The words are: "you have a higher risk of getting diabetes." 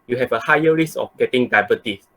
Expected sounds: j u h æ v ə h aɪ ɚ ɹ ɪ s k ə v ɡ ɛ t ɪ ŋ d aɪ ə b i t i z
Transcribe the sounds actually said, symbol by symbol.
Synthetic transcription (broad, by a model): j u h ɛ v ə h aɪ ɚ ɹ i s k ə f ɡ ɛ t ɪ ŋ d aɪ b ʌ t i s